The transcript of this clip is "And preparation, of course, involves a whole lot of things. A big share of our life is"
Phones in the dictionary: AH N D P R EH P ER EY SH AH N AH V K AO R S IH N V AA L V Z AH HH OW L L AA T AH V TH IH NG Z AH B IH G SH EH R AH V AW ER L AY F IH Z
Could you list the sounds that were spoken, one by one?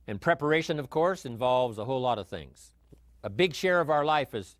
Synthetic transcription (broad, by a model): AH N P R EH P ER EY SH AH N AH V K AO R S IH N V AA L V Z AH HH OW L L AA T AH V TH IH NG Z AH B IH G SH EH R AH V AW ER L AY F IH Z